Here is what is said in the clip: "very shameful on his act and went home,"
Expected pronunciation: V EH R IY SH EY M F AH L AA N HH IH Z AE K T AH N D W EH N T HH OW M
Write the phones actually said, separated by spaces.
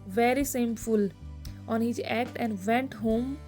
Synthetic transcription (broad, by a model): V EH R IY S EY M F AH L AA N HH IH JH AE K T AH N D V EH N T HH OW M